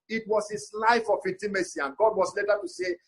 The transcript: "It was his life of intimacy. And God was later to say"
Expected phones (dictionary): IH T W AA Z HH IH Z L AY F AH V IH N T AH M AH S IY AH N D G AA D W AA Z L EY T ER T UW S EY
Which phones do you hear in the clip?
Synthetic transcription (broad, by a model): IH T W AA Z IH S L AY F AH F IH T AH M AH S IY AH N G AA D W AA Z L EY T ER T UW S EY